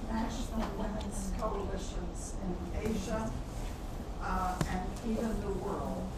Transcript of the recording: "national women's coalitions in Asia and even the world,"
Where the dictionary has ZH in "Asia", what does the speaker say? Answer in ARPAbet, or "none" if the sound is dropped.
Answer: ZH